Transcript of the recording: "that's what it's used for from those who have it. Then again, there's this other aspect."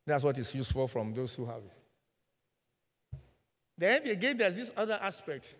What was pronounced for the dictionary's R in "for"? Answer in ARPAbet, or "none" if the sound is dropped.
L